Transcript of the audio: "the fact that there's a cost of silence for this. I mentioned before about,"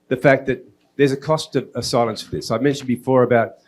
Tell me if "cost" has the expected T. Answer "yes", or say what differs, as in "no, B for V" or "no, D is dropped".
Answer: yes